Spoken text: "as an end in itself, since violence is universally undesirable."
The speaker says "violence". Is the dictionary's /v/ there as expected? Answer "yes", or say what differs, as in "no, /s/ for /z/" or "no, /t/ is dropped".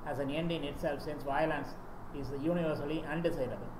yes